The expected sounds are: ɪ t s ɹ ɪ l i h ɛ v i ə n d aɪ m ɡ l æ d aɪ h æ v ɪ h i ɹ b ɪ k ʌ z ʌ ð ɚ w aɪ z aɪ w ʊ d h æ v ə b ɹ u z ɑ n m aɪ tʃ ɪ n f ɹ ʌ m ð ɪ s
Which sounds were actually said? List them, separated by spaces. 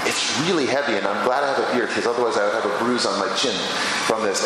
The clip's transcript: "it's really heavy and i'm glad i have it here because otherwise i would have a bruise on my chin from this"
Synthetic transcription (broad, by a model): ɪ t s ɹ ɪ l i h ɛ v i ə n aɪ m ɡ l æ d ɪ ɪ v ɪ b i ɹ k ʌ z ʌ ð ɚ w aɪ z aɪ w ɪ v ə b ɹ u z n m aɪ tʃ ɪ n f ɹ ʌ m ð ɪ s